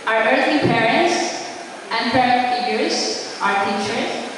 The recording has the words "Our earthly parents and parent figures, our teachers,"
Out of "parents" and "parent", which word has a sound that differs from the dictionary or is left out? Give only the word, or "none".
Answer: parent